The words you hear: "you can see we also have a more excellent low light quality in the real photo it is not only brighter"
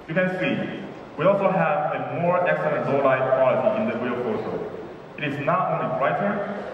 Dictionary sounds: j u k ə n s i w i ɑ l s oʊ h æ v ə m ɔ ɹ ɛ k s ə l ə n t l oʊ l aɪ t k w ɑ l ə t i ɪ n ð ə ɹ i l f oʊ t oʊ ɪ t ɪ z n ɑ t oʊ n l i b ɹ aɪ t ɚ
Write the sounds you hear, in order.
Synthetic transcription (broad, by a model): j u k ə n s i w i ɑ l s oʊ h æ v ə m ɔ ɹ ɛ k s ə l ə n t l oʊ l aɪ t k w ɑ l ə t i ɪ n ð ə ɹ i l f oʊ s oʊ ɪ t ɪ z n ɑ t oʊ n l i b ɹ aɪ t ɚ